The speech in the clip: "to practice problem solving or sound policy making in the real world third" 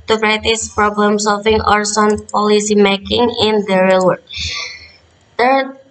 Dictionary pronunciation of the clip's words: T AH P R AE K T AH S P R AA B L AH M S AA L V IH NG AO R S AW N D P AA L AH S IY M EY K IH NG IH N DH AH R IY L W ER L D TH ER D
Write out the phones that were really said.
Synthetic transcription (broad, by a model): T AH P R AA T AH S P R AA B L AH M S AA L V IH NG AO R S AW N P AA L AH S IY M EY K IH NG IH N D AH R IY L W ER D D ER